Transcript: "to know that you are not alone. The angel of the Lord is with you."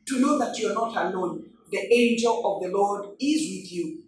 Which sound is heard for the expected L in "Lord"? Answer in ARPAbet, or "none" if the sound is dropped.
L